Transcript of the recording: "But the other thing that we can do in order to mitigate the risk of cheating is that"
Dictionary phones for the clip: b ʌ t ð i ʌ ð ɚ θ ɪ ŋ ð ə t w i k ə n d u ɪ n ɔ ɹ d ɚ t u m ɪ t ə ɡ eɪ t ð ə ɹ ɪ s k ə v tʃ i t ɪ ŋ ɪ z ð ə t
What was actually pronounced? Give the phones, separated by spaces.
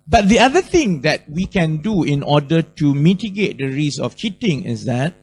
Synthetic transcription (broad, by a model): b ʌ t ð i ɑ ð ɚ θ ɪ ŋ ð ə t w i k ə n d u ɪ n ɔ d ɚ t u m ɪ t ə ɡ eɪ t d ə ɹ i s ə f tʃ i t ɪ ŋ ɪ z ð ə t